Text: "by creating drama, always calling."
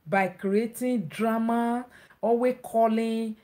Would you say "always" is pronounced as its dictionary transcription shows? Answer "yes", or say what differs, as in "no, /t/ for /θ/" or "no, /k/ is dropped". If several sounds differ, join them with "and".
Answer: no, /l/ is dropped and /z/ is dropped